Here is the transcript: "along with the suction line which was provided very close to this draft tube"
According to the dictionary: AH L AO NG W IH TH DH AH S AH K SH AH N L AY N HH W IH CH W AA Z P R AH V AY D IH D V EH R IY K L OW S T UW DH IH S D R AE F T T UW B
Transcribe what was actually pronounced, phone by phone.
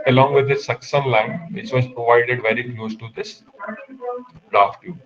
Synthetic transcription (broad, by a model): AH L AO NG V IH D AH S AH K S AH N L AY N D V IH CH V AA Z P R AH V AY D IH D V EH R IY K L OW S T UW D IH S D R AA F T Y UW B